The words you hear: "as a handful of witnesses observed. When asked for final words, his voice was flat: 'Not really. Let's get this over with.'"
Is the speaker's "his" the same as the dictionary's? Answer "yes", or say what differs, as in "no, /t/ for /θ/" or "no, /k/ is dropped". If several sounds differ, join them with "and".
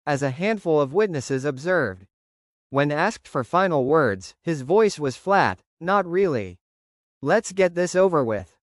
yes